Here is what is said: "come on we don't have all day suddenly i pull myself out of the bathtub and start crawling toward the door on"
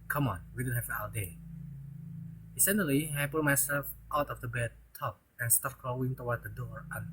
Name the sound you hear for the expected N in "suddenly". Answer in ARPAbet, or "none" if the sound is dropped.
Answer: none